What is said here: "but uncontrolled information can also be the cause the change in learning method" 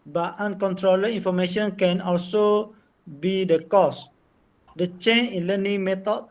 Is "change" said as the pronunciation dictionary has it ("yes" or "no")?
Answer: no